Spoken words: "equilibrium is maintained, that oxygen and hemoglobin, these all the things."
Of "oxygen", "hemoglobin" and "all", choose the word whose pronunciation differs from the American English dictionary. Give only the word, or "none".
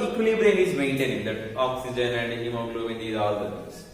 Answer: hemoglobin